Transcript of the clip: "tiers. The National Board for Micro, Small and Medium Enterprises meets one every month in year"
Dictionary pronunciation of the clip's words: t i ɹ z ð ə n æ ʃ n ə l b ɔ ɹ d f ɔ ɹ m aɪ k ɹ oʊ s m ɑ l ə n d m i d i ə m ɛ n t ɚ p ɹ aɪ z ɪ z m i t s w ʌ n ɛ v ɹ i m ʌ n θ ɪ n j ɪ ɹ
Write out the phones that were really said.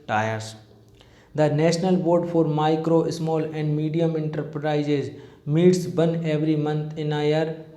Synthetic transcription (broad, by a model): t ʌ ɹ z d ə n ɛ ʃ n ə l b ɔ ɹ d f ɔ ɹ m aɪ k ɹ oʊ s m ɑ l ə n d m i d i ə m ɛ n t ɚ p ɹ aɪ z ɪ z m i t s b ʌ n ɛ v ɹ i m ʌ n t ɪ n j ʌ ɹ